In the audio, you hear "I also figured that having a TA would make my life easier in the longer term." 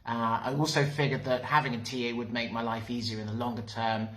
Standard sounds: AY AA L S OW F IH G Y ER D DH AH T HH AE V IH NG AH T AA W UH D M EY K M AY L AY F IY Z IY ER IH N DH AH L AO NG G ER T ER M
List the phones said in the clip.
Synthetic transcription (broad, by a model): AY AA L S OW F IH G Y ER D DH AH T HH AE V IH NG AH T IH W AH D M EY K M AY L AY F IY Z IY ER IH N DH AH L AO NG G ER T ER M